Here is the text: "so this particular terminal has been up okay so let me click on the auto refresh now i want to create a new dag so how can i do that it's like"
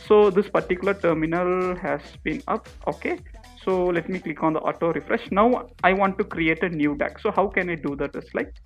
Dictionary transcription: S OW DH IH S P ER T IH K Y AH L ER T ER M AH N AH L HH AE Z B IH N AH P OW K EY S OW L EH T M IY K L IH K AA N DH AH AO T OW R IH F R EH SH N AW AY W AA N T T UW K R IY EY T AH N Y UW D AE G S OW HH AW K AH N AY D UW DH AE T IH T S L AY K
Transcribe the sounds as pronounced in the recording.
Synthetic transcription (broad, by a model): S OW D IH S P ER T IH K Y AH L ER T ER M AH N AH L HH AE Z B IH N AH P OW K EY S OW L EH T M IY K L IH K AA N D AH AO T OW R IH F R EH SH N AW AY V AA N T T UW K R IY EY T AH N Y UW D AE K S OW HH AW K AH N AY D UW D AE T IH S L AY K